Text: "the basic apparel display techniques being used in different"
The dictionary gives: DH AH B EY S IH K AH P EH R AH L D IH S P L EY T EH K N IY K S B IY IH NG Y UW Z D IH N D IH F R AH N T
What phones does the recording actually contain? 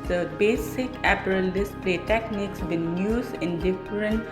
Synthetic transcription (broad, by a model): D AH B EY S IH K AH P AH R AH L D IH S P L EY T EH K N IY K S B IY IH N Y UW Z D IH N D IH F R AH N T